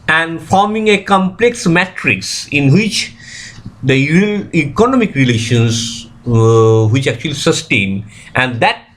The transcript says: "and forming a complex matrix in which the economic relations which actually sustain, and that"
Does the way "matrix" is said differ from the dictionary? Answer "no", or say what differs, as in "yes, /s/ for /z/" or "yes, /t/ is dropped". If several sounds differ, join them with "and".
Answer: no